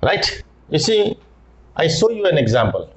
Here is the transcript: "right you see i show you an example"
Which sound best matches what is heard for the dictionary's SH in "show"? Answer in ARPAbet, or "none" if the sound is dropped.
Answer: S